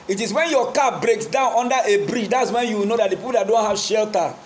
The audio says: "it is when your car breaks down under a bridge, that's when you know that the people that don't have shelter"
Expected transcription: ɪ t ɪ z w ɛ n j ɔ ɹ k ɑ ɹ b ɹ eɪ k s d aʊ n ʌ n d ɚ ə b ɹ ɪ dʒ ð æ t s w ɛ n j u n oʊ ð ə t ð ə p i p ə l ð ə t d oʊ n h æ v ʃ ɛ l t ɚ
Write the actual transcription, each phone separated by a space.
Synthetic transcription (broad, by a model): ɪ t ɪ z w ɛ n j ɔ k ɑ b ɹ eɪ k s d aʊ n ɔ n d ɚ ə b ɹ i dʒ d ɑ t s w ɛ n j u n oʊ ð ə t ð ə p i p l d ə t d oʊ n h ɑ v ʃ ɛ l t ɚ